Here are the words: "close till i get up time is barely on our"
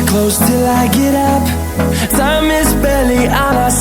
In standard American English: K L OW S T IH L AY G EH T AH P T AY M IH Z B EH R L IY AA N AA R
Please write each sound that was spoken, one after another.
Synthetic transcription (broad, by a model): K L OW S T IH L AY G EH T AH P S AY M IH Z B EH L IY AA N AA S